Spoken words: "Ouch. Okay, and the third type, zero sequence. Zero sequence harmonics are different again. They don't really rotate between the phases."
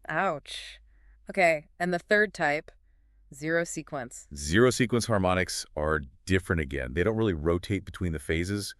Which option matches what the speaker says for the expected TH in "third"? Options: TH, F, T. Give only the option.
TH